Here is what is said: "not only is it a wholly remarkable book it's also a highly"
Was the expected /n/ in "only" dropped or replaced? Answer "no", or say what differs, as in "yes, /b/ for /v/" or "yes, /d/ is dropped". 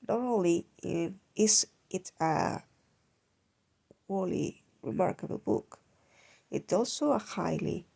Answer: yes, /n/ is dropped